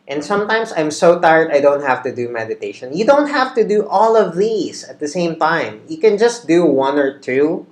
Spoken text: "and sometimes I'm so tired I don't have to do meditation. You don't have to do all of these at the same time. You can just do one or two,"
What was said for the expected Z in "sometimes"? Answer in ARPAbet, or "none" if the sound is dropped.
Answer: S